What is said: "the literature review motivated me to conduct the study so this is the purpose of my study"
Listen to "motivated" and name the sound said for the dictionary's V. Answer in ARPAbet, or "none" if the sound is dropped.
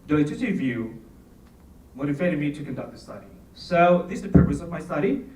F